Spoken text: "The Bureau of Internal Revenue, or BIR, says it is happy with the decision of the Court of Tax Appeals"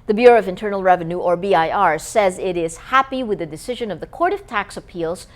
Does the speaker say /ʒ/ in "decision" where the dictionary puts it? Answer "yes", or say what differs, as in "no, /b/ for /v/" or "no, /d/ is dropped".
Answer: yes